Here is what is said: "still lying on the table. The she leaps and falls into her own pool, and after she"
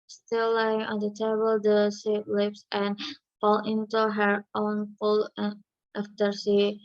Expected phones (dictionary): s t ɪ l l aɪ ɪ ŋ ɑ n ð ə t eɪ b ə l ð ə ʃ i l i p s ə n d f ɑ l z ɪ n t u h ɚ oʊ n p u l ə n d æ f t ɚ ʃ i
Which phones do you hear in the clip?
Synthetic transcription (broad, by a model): s t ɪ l l aɪ ɪ ŋ ɑ n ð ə t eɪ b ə l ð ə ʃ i l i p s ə n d f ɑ l ɪ n t u h ɚ oʊ n f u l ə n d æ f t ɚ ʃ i